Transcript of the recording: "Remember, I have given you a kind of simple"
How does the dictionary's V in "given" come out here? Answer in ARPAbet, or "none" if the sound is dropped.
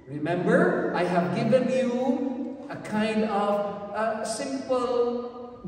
V